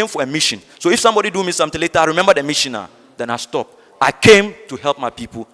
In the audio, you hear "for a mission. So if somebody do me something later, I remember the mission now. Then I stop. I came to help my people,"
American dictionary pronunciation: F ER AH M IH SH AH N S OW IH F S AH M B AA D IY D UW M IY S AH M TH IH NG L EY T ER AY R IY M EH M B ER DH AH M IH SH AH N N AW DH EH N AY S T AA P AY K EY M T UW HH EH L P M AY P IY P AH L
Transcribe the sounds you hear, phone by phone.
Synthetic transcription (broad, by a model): F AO AH M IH SH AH N S OW IH F S AH M B AA D IY D UW M IY S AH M T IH L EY T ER AY R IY M EH M B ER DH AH M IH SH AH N N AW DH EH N AY S T AA P AY K EY M T UW HH EH L P M AY P IY P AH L